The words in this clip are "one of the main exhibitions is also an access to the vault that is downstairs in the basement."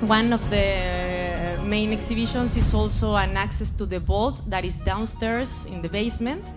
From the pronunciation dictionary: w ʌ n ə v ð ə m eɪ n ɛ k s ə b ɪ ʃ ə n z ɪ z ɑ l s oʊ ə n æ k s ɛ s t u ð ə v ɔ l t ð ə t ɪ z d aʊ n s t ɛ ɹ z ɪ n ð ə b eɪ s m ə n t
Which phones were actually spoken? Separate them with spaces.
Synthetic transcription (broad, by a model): w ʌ n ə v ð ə m eɪ n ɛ k s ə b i ʃ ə n s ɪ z ɑ l s oʊ ə n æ k s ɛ s t u ð ə b ɔ l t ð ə t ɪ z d aʊ n s t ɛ ɹ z ɪ n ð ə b eɪ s m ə n t